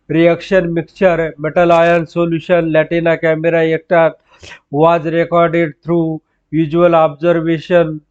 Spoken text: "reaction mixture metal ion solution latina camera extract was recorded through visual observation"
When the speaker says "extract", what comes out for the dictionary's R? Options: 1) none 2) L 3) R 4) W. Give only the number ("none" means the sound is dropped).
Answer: 1